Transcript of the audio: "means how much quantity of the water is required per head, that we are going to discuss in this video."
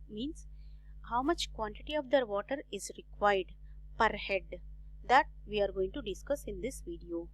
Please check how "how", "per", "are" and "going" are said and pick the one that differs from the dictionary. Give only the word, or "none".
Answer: none